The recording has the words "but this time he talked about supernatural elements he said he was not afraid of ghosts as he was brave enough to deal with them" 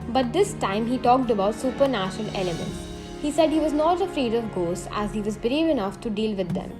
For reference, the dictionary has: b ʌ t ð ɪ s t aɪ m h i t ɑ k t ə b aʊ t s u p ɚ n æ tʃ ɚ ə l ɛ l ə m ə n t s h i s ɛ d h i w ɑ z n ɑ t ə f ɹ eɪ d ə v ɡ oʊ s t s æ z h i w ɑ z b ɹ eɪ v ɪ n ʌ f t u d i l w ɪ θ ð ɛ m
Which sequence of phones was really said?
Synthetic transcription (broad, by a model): b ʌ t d ɪ s t aɪ m h i t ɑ k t ə b aʊ t s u p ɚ n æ ʃ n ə l ɛ l ə m ə n t s h i s ɛ d h i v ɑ z n ɑ t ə f ɹ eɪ d ə v ɡ oʊ s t æ z h i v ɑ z b ɹ eɪ v ɪ n ʌ f t u d i l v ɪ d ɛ m